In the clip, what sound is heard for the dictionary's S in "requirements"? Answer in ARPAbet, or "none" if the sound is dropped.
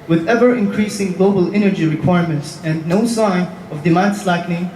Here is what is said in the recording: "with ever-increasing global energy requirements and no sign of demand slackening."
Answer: S